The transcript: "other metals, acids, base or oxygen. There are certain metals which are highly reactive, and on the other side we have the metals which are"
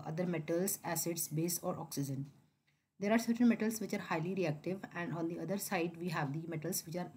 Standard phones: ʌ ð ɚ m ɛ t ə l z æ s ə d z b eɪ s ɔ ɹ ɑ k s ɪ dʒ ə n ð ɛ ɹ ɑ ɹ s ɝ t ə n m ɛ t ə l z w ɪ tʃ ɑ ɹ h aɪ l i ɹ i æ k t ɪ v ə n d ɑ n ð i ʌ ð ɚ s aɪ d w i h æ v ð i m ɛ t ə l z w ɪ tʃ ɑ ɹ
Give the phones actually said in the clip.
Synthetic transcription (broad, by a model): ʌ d ɚ m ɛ t ə l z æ s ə d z b eɪ s ɔ ɹ ɑ k s ɪ dʒ ə n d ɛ ɹ ɑ ɹ s ɝ t ə n m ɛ t ə l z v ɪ tʃ ɑ ɹ h aɪ l i ɹ i æ k t ɪ v ə n d ɑ n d i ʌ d ɚ s aɪ d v i h æ v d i m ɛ t ə l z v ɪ tʃ ɑ ɹ